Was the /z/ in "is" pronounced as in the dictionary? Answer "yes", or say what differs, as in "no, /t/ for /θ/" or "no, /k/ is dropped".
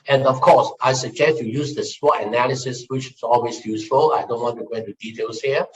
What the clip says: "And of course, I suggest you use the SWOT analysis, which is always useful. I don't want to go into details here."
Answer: no, /s/ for /z/